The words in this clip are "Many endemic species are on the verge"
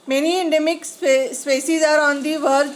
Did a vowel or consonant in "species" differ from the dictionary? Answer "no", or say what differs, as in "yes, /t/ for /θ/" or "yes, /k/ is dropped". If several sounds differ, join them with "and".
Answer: yes, /s/ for /ʃ/